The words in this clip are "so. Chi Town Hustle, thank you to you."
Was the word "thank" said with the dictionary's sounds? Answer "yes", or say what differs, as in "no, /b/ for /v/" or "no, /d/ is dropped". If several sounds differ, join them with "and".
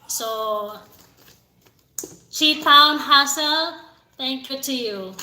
no, /t/ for /θ/